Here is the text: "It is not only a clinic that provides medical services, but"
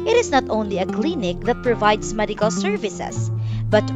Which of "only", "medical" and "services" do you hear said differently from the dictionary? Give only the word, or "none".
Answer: services